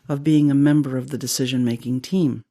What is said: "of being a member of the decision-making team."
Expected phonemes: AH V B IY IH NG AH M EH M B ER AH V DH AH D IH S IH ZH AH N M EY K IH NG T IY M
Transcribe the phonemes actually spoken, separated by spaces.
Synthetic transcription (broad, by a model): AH V B IY IH NG AH M EH M B ER AH V DH AH D IH S IH ZH AH N M EY K IH NG T IY M